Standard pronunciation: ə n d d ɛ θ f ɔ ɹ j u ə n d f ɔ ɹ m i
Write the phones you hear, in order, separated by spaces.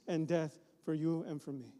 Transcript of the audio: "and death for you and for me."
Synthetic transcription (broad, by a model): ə n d d ɛ θ f ɔ ɹ j u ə n f ɔ ɹ m i